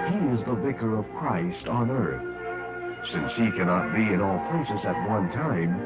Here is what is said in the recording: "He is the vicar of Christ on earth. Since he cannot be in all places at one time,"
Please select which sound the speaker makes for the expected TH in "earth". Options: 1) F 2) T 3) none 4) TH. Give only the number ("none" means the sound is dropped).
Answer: 4